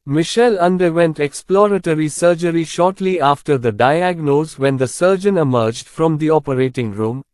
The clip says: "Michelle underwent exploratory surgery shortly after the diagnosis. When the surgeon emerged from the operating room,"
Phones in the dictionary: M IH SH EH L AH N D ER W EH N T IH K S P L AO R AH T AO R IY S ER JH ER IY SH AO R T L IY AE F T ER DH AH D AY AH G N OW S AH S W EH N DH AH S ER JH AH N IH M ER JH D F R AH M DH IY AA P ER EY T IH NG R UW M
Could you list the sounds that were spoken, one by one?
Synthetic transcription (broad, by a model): M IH SH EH L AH N D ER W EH N T IH K S P L AO R AH T AO R IY S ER JH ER IY SH AO R T L IY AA F T ER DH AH D AY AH G N OW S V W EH N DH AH S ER JH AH N IH M ER JH D F R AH M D IY AA P ER EY T IH NG R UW M